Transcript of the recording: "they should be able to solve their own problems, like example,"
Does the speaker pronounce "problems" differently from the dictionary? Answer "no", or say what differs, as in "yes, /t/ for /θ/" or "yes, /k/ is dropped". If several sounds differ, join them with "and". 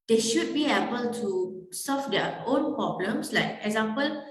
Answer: yes, /s/ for /z/